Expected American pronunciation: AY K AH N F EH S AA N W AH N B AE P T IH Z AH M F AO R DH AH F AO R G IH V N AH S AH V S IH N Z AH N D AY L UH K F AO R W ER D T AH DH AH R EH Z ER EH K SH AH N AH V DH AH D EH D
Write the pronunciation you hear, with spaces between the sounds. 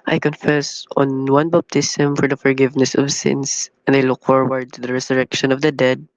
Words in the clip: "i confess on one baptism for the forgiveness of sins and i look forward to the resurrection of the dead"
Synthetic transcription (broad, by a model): AY K AH N F EH S AA N W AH N B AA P T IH S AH M F AO R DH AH F AO R G IH V N AH S AH V S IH N S AH N D AY L UH K F AO R W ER D T AH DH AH R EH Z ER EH K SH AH N AH V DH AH D EH D